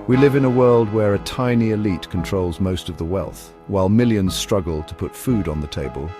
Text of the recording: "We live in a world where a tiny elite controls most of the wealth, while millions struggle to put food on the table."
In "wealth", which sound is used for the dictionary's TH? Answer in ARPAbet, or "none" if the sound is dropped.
TH